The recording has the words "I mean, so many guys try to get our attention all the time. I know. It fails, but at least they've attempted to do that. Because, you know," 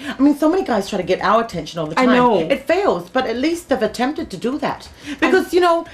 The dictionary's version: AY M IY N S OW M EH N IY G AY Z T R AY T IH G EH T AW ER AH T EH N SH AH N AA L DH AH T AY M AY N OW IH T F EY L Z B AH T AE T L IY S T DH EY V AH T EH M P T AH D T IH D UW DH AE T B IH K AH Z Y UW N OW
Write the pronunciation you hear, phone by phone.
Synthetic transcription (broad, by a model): AY M IY N S OW M EH N IY G AY Z T R AY T IH G EH T AW ER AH T EH N SH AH N AA L DH AH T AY AY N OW IH T F EY L Z B AH T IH T L IY S T DH EY V AH T EH M P T AH D T IH D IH DH AE T B IH K AH Z Y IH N OW